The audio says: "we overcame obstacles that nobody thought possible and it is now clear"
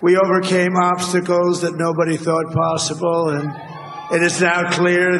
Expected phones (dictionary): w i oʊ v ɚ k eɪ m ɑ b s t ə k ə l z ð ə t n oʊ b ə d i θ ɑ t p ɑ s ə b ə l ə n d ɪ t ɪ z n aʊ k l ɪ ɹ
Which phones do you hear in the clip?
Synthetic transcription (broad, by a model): w i oʊ v ɚ k eɪ m ɑ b s t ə k l z ð ə t n oʊ b ə d i θ ɑ t p ɑ s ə b l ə n ɪ t ɪ z n aʊ k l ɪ ɹ